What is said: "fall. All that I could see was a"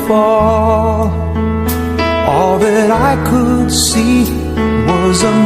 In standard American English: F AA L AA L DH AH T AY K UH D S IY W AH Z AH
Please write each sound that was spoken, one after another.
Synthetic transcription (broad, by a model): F AA L AA L DH AH T AY K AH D S IY W AH Z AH